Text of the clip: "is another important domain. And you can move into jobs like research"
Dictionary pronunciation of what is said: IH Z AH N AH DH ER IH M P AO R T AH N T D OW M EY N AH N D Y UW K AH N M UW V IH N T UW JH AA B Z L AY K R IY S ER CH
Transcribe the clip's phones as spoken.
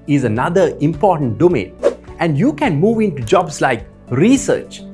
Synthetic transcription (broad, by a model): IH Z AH N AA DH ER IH M P AO T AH N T D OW M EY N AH N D Y UW K AH N M UW V IH N T UW JH AA B S L AY K R IY S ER CH